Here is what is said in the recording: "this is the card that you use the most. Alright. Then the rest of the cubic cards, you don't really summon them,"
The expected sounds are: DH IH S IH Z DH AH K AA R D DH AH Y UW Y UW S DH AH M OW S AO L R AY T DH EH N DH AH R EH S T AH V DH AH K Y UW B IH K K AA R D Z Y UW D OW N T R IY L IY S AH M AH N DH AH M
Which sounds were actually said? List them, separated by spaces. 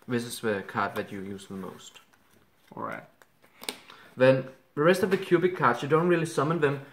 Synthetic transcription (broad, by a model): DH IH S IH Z DH AH K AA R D DH AH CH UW Y UW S DH AH M OW S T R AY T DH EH N DH AH R EH S T AH V DH AH K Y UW B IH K K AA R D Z Y UW D OW N T R IY L IY S AH M AH N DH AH M